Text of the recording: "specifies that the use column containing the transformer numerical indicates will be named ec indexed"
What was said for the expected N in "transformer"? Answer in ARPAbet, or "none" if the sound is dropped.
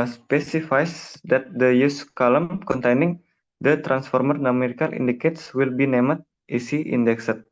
N